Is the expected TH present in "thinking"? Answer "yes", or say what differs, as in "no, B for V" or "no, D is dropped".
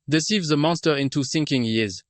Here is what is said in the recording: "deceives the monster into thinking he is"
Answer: no, S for TH